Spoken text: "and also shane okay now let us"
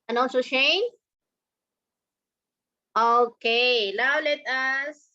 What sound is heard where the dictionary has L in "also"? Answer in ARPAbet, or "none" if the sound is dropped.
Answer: N